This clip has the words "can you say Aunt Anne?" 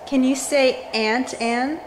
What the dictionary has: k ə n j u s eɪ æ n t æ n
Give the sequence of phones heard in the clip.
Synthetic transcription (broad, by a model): k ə n j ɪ s eɪ æ n t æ n